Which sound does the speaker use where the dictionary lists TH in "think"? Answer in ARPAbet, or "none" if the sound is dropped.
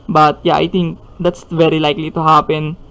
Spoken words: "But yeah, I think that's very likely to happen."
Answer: T